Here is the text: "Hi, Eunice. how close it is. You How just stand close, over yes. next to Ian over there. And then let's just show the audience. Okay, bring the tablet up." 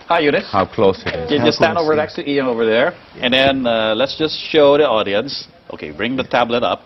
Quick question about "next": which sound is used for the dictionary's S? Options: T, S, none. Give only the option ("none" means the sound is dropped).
none